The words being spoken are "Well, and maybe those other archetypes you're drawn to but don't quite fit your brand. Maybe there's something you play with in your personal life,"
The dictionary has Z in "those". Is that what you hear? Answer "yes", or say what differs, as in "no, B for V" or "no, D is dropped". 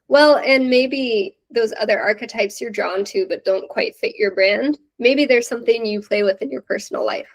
yes